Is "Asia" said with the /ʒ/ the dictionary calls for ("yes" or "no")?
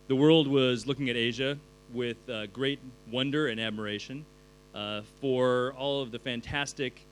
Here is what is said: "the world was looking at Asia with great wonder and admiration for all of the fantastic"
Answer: yes